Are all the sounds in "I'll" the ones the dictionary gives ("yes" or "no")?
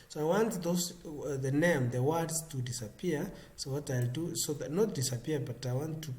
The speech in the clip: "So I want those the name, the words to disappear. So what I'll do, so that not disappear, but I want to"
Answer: yes